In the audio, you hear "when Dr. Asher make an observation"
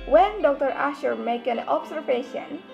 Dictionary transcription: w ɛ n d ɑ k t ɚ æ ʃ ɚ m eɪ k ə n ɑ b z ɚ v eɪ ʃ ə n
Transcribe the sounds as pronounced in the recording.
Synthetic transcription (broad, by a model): w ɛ n d ɑ k t ɚ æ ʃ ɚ m eɪ k ə n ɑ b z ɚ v eɪ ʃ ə n